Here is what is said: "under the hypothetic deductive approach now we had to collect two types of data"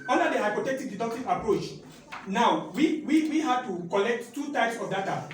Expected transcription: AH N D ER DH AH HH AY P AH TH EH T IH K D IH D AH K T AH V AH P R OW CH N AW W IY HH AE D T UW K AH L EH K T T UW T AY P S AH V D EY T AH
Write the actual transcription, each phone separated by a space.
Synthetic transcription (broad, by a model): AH N D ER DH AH HH AY P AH T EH T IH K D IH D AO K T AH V AH P R OW CH N AW W IY HH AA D T UW K AH L EH K T T UW T AY P S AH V D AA T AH